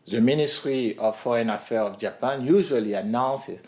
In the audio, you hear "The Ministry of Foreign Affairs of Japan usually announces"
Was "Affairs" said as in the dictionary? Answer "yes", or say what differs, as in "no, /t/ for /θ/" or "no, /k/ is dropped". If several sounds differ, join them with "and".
no, /z/ is dropped